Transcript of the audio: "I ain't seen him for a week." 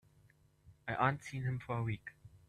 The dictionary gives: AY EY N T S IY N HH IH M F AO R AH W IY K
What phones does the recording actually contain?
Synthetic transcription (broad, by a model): AY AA N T S IY N HH IH M F AO R AH W IY K